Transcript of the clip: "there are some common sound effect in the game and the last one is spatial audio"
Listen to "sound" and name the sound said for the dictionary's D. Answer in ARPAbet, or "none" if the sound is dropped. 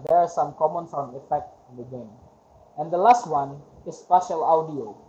none